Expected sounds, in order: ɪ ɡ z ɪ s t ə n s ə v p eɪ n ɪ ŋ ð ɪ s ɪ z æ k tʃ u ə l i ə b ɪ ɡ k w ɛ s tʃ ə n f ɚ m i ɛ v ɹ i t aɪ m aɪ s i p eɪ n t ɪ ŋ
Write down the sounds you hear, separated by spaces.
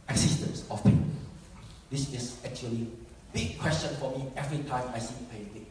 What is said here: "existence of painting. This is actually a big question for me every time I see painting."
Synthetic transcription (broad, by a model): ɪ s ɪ s t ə n s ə f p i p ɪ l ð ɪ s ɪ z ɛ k tʃ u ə l i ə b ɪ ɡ k w ɛ s tʃ ə n f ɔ m i ɛ v ɹ i t aɪ m aɪ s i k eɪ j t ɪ